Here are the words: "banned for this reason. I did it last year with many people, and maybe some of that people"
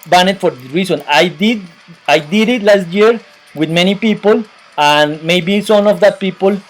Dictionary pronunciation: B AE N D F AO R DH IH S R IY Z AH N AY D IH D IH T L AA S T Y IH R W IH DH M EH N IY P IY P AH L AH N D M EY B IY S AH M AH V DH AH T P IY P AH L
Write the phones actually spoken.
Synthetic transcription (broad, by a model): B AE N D F AO R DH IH R IY S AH N AY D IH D IH T L AA S T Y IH R W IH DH M EH N IY P IY P AH L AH N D M EY B IY S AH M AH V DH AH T P IY P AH L